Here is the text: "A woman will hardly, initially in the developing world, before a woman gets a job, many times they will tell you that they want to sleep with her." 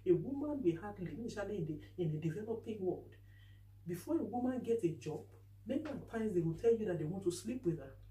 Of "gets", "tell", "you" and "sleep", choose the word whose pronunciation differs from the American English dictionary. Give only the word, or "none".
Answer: gets